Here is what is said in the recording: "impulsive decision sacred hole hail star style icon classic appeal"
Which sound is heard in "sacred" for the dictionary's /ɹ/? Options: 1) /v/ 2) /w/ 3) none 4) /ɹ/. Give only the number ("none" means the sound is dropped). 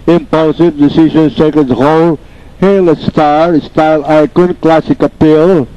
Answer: 3